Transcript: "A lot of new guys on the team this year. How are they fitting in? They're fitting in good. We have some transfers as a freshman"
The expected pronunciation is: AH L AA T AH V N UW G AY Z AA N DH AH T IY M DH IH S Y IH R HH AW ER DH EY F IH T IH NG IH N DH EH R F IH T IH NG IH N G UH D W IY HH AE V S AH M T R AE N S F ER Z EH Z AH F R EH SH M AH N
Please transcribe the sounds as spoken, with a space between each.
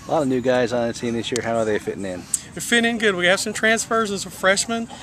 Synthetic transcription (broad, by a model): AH L AA T AH V N UW G AY Z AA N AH S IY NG DH IH S Y IH R HH AW ER DH EY F IH T IH NG IH N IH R F IH T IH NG IH N G UH D W IY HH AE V S AH M T R AE N S F ER Z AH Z AH F R EH SH M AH N